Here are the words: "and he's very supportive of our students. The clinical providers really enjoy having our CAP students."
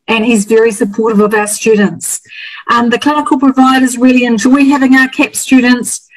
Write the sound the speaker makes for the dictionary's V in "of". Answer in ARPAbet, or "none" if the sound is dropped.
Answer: V